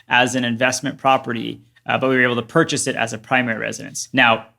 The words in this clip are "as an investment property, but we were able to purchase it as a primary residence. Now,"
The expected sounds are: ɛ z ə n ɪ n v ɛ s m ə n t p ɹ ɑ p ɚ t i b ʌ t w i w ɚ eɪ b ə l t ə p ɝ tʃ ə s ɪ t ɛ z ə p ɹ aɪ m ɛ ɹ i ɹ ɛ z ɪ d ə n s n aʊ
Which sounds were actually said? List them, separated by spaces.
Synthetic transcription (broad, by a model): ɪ z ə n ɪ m v ɛ s m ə n p ɹ ɑ p ɚ t i b ʌ t w i w ɚ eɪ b l t ə p ɝ tʃ ə s ɪ t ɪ z ə p ɹ aɪ m ɛ ɹ i ɹ ɛ z ɪ d ə n s n aʊ